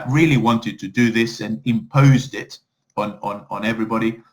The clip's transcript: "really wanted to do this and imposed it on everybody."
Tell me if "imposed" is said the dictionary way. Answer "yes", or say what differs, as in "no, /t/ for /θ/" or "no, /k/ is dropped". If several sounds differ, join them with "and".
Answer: yes